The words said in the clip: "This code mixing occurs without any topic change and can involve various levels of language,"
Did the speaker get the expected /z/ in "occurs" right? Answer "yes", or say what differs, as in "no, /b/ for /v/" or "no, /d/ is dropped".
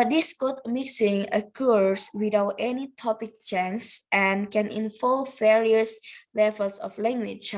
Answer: no, /s/ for /z/